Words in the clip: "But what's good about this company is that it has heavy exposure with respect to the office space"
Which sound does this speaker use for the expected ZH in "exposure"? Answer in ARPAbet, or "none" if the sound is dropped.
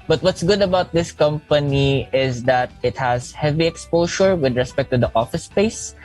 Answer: SH